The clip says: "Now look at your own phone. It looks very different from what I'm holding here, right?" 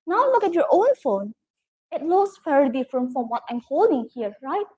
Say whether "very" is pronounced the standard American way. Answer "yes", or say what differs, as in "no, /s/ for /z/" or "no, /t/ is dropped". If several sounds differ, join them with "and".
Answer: no, /f/ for /v/